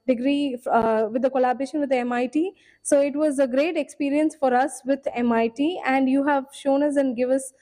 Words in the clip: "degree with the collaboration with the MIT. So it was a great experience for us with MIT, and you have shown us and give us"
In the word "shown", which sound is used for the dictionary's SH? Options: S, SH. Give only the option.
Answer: SH